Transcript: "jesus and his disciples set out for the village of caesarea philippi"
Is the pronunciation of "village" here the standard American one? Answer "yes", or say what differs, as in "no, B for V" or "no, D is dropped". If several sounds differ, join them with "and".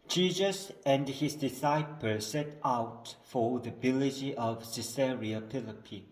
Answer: no, B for V